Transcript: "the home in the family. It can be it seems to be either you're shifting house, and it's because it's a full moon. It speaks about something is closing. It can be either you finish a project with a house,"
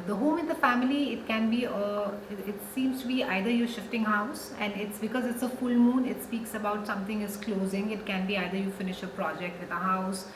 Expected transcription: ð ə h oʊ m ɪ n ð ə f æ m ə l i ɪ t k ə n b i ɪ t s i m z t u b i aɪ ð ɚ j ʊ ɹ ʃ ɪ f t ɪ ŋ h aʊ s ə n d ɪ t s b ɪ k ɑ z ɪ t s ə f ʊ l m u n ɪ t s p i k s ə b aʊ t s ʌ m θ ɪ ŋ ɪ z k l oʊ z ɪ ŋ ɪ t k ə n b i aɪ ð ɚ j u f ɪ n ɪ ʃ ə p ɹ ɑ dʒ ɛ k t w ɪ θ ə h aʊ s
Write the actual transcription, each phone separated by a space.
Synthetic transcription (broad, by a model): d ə h oʊ m ɪ n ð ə f æ m ə l i ɪ t k ə n b i ɪ t s i m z t u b i aɪ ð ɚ j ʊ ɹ ʃ ɪ f t ɪ ŋ h aʊ s ə n d ɪ t s b ɪ k ɑ z ɪ t s ə f ʊ l m u n ɪ t s p i k s ə b aʊ t s ʌ m t ɪ ŋ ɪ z k l oʊ z ɪ ŋ ɪ t k ə n b i aɪ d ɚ j u f ɪ n ɪ ʃ ə p ɹ ɑ dʒ ɛ k t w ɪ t ə h aʊ s